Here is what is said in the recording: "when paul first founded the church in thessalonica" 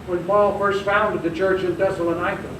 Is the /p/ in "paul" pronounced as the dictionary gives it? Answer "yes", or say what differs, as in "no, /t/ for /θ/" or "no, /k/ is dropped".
yes